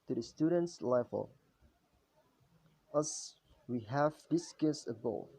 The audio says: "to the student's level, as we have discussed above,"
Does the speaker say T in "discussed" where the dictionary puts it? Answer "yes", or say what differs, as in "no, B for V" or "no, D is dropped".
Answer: no, T is dropped